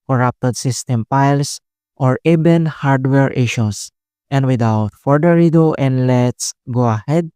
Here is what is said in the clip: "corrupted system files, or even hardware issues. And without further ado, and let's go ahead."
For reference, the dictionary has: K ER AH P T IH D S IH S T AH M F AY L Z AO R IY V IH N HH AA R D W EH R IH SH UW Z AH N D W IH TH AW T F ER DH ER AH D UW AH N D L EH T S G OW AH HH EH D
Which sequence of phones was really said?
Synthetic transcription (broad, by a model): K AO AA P T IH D S IH S T AH M P AY L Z AO R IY B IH N HH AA R D W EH R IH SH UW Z AH N D W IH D AW T F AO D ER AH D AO AH N D L EH T S G OW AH HH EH D